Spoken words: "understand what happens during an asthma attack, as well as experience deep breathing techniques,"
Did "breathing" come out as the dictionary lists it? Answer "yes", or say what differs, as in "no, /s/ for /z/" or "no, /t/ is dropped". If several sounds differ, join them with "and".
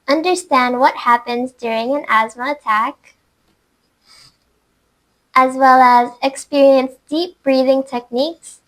yes